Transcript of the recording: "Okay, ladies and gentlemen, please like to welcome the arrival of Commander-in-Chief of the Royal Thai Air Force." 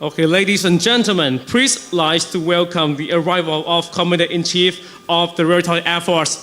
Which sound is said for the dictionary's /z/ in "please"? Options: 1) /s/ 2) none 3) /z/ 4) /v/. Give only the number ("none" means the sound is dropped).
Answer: 1